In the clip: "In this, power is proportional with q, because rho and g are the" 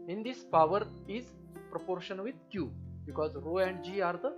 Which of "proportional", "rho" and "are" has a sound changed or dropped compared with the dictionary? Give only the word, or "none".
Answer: proportional